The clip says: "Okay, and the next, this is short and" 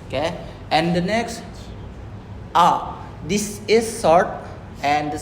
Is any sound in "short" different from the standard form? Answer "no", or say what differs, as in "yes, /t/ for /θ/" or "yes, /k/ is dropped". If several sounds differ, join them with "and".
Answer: yes, /s/ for /ʃ/